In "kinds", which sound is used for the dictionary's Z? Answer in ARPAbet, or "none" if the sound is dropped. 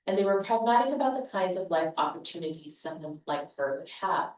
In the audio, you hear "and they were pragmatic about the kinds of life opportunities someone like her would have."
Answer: Z